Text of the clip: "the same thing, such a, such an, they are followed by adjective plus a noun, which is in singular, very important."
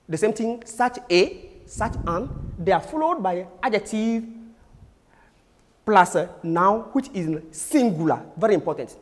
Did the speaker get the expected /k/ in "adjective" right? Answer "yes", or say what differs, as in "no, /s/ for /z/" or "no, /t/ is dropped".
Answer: no, /k/ is dropped